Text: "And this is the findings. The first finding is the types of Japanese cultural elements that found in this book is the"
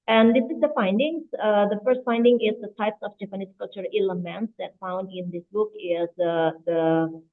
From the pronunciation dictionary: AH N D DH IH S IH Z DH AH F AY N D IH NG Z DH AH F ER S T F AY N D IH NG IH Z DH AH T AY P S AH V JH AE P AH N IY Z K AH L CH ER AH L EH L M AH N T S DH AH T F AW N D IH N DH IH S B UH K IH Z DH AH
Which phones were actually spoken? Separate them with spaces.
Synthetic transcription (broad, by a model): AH N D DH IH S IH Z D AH F AY N D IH NG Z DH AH F ER S T F AY N D IH NG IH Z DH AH T AY P S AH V JH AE P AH N IY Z K AH L CH ER AH L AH M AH N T S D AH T F AW N D IH N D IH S B UH K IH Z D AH